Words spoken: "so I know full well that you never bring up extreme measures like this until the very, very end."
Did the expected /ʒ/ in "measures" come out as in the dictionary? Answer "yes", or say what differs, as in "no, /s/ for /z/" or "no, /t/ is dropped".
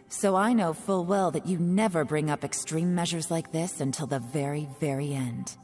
yes